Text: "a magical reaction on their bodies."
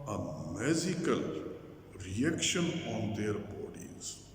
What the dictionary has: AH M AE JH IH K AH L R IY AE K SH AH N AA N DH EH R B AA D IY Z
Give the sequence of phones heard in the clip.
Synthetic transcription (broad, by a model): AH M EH Z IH K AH L R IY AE K SH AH N AA N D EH R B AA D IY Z